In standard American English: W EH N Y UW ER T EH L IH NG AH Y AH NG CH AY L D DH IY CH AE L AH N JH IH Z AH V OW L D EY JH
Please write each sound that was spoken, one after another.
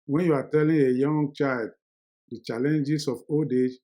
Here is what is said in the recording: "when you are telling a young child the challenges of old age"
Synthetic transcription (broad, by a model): W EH N Y UW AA T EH L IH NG AH Y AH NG CH AY L D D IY CH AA L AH N JH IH S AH F OW L D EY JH